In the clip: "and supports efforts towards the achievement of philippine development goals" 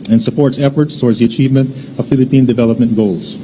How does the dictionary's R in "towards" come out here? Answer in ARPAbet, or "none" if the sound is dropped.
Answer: R